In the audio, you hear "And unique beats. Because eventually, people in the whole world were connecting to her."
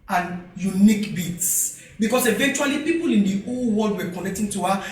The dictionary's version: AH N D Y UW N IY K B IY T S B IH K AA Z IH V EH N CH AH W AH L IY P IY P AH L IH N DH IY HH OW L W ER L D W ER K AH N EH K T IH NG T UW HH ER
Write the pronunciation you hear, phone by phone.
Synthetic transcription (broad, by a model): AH N Y UW N IY K B IY T S B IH K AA S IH V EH N CH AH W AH L IY P IY P AH L IH N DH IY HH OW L W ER L D W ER K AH N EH K T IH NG T UW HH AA